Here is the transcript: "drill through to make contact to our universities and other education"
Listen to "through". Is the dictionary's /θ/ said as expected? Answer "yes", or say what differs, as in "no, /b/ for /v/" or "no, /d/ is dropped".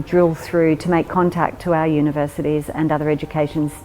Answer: yes